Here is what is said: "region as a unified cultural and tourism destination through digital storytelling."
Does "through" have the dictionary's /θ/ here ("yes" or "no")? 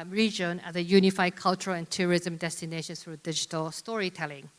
no